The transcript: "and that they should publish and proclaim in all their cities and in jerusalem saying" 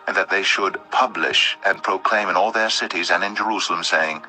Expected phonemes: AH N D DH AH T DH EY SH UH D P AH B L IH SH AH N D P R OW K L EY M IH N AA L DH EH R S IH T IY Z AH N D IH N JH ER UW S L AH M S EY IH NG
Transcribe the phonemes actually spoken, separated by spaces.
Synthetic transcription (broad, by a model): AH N DH AH T DH EY SH UH D P AH B L IH SH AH N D P R OW K L EY M IH N AA L DH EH R S IH T IY Z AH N IH N JH ER UW S L AH M S EY IH NG